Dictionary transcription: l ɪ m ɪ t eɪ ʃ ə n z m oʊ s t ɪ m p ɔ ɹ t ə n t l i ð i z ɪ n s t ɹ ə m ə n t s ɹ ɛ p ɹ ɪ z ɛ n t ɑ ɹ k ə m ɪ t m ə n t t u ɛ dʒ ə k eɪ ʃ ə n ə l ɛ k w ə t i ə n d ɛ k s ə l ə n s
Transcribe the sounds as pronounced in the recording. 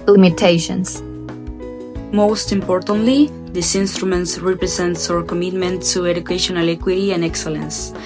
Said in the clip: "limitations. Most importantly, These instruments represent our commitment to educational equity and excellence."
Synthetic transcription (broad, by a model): l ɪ m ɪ t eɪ ʃ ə n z m oʊ s t ɪ m p ɔ ɹ t ə n t l i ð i s ɪ n s t ɹ ə m ə n t s ɹ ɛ p ɹ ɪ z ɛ n t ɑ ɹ k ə m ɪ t m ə n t t u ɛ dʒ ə k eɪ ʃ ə n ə l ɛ k w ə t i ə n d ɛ k s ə l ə n s